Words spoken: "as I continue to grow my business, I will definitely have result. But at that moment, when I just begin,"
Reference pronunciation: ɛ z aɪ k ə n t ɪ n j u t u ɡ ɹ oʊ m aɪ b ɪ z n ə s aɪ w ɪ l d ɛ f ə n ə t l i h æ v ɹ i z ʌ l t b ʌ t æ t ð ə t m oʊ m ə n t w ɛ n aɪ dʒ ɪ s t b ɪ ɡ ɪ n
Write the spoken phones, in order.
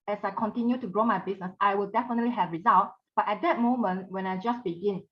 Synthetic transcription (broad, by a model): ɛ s aɪ k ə n t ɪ n j u t u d ɹ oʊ m aɪ b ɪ s n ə s aɪ w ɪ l d ɛ f ə n ə t l i h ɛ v ɹ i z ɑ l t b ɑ t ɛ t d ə t m oʊ m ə n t w ɛ n aɪ dʒ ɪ s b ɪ ɡ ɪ n